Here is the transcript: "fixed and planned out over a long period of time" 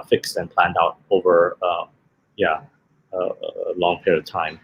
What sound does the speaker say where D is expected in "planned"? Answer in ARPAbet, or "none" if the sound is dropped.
D